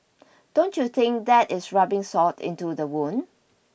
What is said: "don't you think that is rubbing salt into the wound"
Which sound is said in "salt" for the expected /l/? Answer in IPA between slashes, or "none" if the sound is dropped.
none